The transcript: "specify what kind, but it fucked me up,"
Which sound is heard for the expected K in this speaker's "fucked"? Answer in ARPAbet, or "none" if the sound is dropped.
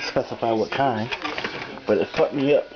none